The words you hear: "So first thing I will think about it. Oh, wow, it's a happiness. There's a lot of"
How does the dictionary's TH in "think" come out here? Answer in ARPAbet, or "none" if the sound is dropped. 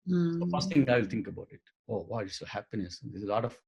T